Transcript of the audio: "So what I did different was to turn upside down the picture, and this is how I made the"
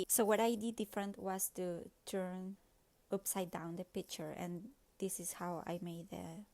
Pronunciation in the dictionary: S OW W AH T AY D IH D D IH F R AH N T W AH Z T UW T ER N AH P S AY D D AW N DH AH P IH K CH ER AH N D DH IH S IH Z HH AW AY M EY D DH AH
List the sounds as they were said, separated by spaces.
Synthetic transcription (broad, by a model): S OW W AH T AY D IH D D IH F R AH N T W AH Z T UW T ER N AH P S AY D D AW N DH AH P IH K CH ER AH N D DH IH S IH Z HH AW AY M EY D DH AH